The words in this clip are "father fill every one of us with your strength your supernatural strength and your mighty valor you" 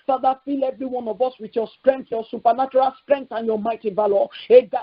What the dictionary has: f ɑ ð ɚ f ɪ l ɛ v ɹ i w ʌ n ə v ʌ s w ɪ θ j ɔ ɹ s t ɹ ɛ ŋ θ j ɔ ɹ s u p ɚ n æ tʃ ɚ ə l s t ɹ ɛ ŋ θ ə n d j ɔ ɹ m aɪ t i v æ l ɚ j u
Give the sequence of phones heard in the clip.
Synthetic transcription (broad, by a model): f ɑ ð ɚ f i l ɛ v ɹ i w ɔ n ə v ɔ s w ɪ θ j ɔ s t ɹ ɛ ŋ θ j ɔ s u p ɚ n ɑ tʃ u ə l s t ɹ ɛ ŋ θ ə n j ɔ m aɪ t i v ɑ l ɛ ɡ